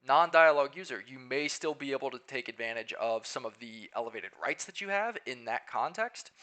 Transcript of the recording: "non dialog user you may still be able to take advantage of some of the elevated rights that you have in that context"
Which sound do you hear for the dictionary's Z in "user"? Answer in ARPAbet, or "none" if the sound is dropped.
Z